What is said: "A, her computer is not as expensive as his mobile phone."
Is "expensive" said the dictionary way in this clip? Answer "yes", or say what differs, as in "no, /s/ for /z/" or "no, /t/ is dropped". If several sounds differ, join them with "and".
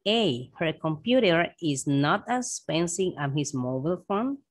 no, /k/ is dropped